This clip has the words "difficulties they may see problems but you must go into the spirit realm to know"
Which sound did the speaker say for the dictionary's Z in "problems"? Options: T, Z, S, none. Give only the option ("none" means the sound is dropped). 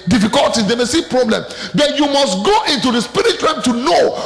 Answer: none